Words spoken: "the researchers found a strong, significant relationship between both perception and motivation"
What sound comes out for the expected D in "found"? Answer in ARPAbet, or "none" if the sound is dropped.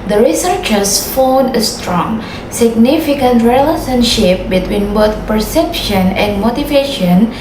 none